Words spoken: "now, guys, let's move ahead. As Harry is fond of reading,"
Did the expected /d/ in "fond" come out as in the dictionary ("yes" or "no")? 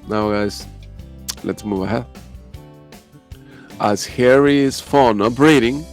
no